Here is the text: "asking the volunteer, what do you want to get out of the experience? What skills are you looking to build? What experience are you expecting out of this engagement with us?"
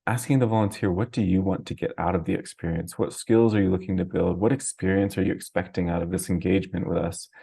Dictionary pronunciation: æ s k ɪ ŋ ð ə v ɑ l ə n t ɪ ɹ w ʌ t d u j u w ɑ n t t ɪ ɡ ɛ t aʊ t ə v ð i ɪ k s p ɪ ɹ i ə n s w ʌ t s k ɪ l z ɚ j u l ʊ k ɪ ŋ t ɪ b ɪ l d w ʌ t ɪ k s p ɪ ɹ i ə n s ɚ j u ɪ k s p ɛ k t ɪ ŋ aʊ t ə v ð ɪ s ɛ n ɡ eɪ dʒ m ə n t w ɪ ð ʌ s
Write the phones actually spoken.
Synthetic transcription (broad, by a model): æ s k ɪ ŋ ð ə v ɑ l ə n t ɪ ɹ w ʌ t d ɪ j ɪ w ɑ n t t ɪ ɡ ɛ t aʊ t ə v ð i ɪ k s p ɪ ɹ i ə n s w ʌ t s k ɪ l z ɚ j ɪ l ʊ k ɪ ŋ t ɪ b ɪ l d w ʌ t ɪ k s p ɪ ɹ i ə n s ɚ j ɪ ɪ k s p ɛ k t ɪ ŋ aʊ t ə v ð ɪ s n ɡ eɪ dʒ m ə n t w ɪ ð ʌ s